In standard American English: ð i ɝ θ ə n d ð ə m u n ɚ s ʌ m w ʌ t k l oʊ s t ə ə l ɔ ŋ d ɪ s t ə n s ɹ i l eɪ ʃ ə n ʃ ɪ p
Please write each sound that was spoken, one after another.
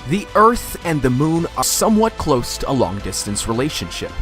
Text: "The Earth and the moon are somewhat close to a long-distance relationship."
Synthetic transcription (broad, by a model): ð i ɝ θ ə n ð ə m u n ɚ s ʌ m w ʌ t k l oʊ s t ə ə l ɔ ŋ d ɪ s t ə n s ɹ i l eɪ ʃ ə n ʃ ɪ p